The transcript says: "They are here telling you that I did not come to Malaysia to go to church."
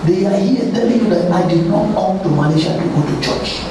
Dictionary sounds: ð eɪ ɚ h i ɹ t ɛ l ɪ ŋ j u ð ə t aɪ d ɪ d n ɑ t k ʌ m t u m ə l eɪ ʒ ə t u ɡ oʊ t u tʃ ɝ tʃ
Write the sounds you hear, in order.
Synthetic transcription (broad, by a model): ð eɪ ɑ h i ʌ t ɛ l ɪ ŋ j u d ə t aɪ d ɪ d n ɑ t k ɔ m t u m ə n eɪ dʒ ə t u ɡ oʊ t u tʃ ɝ tʃ